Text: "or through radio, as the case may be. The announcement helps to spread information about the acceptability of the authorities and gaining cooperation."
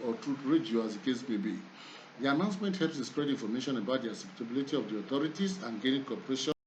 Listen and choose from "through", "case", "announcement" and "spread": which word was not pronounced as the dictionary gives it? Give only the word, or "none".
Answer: through